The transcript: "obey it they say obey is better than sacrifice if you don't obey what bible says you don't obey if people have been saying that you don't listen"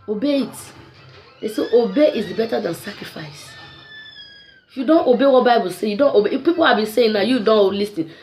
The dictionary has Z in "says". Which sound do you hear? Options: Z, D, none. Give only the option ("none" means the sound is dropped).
none